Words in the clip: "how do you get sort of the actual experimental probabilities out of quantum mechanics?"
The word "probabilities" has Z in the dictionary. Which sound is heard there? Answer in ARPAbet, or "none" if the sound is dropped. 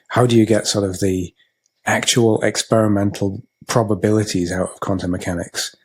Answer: Z